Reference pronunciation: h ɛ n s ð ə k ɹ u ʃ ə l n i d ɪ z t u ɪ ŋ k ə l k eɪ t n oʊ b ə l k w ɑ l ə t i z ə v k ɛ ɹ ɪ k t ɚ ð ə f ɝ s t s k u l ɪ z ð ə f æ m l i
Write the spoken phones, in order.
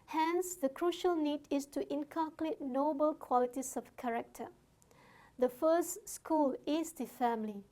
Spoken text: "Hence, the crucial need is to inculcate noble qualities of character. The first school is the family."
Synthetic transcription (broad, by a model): h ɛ n s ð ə k ɹ u ʃ ə l n i d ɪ s t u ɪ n k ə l k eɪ t n oʊ b ə l k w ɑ l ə t i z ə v k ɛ ɹ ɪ k t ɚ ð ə f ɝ s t s k u l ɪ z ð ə f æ m l i